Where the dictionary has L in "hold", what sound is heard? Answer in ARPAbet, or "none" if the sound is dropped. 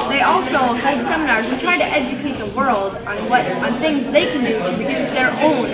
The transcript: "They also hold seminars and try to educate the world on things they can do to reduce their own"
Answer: none